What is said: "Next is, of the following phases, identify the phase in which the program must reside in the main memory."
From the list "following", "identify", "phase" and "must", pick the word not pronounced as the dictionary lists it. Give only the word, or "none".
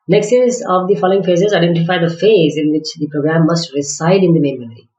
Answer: none